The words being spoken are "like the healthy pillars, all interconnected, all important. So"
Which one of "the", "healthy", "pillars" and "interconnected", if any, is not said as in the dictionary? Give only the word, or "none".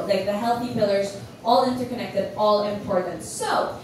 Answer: none